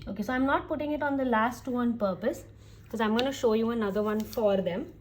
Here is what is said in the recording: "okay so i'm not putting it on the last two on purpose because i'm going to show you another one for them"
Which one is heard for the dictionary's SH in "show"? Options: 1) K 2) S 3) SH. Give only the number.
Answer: 3